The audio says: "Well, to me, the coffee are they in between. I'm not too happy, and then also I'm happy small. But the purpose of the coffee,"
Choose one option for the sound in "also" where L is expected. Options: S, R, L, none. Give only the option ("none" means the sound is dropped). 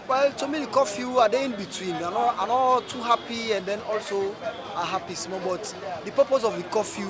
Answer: L